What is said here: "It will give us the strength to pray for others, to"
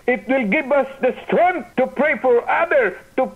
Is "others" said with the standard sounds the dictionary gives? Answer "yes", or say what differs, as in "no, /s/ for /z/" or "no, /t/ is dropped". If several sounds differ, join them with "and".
no, /z/ is dropped